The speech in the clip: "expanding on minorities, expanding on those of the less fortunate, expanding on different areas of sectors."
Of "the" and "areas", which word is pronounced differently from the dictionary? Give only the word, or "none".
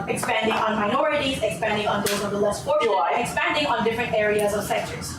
none